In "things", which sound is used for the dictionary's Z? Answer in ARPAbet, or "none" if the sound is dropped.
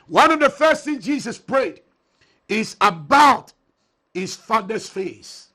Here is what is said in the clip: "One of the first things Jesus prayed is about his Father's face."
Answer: none